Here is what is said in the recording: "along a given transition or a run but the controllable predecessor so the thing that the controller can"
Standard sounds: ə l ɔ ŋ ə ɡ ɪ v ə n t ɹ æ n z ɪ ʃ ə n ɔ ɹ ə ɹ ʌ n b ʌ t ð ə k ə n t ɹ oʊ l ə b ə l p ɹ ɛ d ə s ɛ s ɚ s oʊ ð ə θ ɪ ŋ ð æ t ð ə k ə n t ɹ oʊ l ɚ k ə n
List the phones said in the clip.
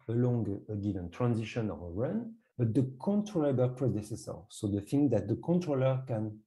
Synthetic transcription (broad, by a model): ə l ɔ ŋ ə ɡ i v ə n t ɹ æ n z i ʃ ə n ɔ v ə ɹ ʌ n b ʌ t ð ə k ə n t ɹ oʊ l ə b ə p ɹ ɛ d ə s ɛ s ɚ s oʊ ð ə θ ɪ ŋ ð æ t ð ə k ə n t ɹ oʊ l ɚ k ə n